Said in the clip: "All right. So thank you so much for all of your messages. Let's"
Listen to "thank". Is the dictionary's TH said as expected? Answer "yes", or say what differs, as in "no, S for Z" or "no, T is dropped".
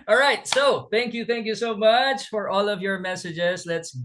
yes